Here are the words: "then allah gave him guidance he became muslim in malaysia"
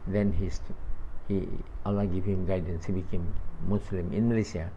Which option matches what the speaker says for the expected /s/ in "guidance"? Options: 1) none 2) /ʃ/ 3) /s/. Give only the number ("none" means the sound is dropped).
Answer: 3